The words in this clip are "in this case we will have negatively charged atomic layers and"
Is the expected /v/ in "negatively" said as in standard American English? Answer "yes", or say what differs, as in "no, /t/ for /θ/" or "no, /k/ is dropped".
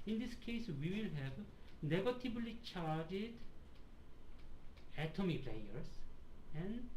no, /b/ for /v/